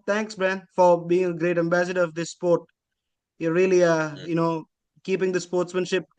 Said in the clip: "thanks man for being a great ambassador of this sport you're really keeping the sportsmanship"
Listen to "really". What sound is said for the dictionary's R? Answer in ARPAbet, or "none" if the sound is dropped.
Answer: L